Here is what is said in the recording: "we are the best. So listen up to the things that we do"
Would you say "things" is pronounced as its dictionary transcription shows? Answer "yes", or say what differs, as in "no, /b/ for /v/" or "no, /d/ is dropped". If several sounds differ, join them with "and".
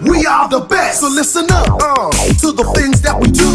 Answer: yes